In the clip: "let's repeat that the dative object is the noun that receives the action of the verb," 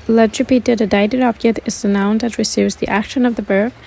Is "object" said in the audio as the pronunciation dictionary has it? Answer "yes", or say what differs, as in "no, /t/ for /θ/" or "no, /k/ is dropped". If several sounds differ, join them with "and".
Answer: no, /k/ is dropped